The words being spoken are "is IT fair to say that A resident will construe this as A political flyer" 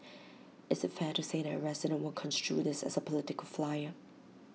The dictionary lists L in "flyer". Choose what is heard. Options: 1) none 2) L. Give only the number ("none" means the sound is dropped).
2